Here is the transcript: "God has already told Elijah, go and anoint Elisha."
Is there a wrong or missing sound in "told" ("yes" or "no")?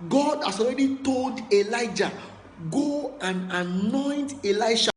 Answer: no